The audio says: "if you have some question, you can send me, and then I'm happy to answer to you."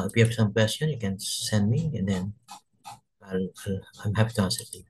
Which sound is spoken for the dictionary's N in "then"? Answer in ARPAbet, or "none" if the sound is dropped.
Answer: L